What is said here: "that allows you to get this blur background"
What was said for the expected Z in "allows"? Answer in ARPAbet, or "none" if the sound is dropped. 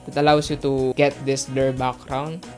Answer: S